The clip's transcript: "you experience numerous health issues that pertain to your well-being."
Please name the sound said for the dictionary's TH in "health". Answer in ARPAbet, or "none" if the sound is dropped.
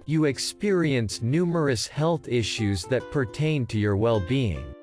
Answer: TH